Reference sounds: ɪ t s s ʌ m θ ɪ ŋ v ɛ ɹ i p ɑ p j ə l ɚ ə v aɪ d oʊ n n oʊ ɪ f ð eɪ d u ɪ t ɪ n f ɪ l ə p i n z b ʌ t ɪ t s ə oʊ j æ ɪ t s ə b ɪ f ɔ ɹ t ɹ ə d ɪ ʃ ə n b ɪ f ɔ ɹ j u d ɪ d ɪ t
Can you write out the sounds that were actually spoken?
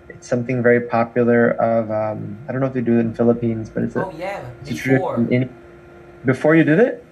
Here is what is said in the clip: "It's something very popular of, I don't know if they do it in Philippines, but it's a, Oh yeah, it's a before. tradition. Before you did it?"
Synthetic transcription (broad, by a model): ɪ t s s ʌ m θ ɪ ŋ v ɛ ɹ i p ɑ p j l ɚ ə v aɪ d oʊ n n oʊ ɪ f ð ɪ d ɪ ɪ t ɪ n f ɪ l ə p i n z b ʌ t ɪ t s ə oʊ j ɪ t s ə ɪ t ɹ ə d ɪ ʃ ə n b ɪ f ɔ ɹ j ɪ d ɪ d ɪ t